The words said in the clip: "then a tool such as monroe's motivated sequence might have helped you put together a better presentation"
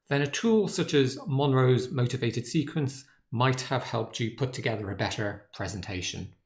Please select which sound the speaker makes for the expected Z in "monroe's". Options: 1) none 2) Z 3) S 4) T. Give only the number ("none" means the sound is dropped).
2